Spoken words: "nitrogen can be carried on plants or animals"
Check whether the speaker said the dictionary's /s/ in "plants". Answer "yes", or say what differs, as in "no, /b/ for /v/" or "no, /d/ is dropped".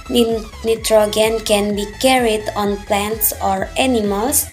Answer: yes